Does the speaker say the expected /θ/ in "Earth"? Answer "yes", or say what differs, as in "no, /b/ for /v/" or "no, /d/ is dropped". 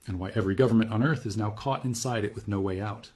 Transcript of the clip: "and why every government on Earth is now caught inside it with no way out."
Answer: yes